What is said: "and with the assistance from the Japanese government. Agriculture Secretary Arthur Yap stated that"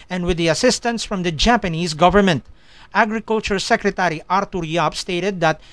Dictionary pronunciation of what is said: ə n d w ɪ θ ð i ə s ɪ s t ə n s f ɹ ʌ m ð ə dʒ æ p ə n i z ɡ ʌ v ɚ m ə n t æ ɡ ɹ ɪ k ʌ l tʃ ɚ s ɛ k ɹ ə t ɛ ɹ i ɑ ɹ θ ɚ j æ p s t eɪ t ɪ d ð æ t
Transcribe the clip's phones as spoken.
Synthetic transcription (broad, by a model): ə n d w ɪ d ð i ə s ɪ s t ə n s f ɹ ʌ m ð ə dʒ æ p ə n i z ɡ ʌ v ɚ m ə n t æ ɡ ɹ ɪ k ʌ l tʃ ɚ s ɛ k ɹ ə t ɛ ɹ i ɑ ɹ t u j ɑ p s t eɪ t ɪ d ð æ t